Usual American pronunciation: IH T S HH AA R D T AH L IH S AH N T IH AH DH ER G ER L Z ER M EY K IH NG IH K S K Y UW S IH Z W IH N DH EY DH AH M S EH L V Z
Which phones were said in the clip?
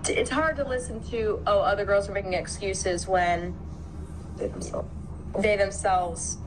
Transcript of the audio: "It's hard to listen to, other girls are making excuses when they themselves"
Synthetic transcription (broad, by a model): IH T S HH AA R D T AH L IH S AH N T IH AH DH ER G ER L Z ER M EY K IH NG IH K S K Y UW S IH Z W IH N DH EY DH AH M S EH L V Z